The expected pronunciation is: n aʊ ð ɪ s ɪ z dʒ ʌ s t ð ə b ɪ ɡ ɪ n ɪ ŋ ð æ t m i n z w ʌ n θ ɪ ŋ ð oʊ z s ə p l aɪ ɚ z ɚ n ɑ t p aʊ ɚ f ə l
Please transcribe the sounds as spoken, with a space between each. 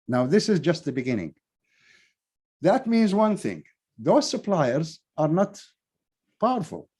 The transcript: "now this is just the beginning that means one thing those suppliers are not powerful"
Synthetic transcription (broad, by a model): n aʊ ð ɪ s ɪ z dʒ ʌ s t ð ə b ɪ ɡ ɪ n ɪ ŋ ð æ t m i n z w ʌ n θ ɪ ŋ ð oʊ z s ə p l aɪ ɚ z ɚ n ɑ t p aʊ ɚ f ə l